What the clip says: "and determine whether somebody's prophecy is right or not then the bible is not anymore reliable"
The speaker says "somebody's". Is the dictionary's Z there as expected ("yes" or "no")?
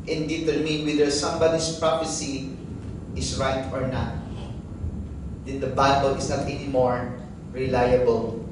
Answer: no